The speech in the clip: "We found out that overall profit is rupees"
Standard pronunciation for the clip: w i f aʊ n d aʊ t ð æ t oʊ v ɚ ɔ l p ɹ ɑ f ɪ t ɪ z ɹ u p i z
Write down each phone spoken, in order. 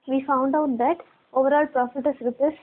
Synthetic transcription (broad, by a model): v i f aʊ n d aʊ t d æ t oʊ v ɚ ɔ l p ɹ ɑ f ɪ t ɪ s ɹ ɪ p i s